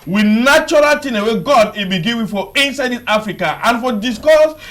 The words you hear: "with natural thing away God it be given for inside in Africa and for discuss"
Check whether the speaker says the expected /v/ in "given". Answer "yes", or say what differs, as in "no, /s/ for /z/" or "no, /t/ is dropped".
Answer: no, /w/ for /v/